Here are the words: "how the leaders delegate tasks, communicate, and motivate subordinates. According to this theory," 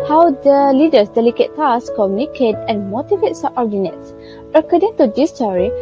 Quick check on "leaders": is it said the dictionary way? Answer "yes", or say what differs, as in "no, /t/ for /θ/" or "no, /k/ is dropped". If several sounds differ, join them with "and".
no, /s/ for /z/